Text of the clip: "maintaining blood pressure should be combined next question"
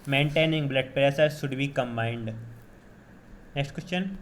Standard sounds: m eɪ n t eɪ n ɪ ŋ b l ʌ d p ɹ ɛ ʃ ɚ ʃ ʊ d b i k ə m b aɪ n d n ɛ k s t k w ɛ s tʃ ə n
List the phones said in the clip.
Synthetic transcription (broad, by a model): m eɪ n t eɪ n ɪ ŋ b l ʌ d p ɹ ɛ s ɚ ʃ ʊ d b i k ə m b aɪ n d n ɛ k s t k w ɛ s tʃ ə n